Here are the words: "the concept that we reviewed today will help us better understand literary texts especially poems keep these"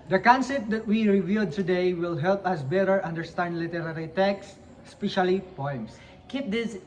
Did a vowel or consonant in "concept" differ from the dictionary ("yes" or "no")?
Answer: yes